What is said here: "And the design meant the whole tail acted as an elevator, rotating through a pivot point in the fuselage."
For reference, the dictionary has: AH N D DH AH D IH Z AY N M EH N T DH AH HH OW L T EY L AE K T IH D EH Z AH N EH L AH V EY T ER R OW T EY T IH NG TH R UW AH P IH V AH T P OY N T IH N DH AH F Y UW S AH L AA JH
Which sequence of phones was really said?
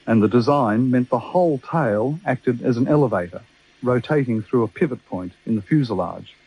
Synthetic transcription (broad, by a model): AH N DH AH D IH Z AY N M EH N DH AH HH OW L T EY L AE K T IH D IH Z N EH L AH V EY T ER R OW T EY T IH NG TH R UW AH P IH V AH T P OY N T IH N DH AH F Y UW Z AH L AA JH